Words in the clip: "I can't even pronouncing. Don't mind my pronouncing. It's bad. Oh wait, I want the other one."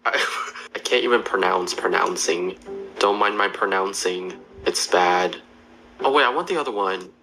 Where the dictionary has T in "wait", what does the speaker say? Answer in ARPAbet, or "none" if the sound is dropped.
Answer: none